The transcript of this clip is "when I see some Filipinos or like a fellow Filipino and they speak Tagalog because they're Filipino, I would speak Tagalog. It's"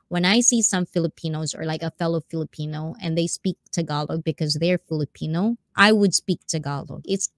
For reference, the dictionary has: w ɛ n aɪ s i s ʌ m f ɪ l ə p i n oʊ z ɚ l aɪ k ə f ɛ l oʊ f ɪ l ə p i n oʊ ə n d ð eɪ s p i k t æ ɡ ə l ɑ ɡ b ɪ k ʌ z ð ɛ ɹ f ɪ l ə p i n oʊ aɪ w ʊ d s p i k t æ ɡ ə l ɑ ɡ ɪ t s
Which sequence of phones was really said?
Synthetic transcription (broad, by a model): w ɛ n aɪ s i s ʌ m f ɪ l ə p i n oʊ z ɚ l aɪ k ə f ɛ l oʊ f ɪ l ə p i n oʊ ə n ð eɪ s p i k t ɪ ɡ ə l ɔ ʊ b ɪ k ʌ z ð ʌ ɹ f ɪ l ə p i n oʊ aɪ w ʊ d s p i k t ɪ ɡ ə l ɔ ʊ ɪ t s